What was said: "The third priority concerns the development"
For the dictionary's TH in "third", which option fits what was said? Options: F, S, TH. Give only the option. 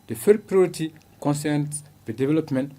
F